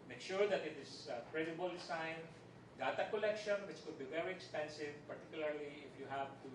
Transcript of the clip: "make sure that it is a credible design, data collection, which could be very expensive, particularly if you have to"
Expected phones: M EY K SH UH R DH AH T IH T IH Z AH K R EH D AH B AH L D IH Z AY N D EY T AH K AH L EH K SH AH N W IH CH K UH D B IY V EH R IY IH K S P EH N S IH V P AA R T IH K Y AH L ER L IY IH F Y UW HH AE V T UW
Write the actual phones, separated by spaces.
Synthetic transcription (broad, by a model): M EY K SH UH R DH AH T IH T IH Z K R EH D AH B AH L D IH S AY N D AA T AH K AH L EH K SH AH N W IH CH K UH D B IY V EH R IY IH K S P EH N S IH V P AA R T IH K Y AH L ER L IY IH F Y UW HH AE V T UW